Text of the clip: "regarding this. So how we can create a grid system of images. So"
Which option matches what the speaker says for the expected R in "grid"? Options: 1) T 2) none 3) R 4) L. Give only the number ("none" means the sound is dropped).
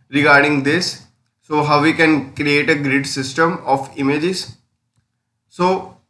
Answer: 3